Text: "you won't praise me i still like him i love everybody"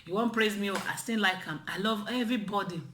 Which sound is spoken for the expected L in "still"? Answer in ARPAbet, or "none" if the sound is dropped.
N